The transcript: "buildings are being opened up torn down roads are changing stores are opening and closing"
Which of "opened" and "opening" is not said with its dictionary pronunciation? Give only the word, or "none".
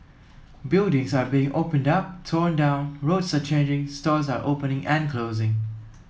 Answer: none